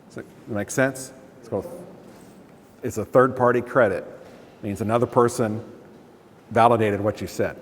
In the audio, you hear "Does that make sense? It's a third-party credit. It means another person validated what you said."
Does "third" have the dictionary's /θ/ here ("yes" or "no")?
yes